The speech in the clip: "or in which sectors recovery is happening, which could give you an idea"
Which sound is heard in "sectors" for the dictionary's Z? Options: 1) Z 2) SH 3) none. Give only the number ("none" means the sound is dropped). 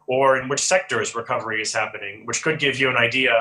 1